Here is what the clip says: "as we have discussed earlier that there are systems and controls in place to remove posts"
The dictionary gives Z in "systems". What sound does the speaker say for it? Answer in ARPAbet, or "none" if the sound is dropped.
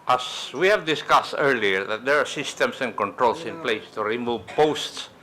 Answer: S